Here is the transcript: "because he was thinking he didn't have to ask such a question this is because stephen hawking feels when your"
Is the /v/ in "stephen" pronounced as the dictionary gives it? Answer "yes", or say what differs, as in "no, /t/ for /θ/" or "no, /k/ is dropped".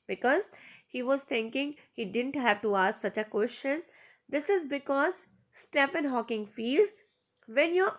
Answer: no, /p/ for /v/